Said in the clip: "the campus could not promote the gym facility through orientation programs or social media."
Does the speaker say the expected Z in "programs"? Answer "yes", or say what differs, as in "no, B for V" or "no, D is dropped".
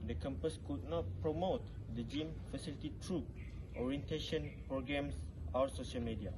no, S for Z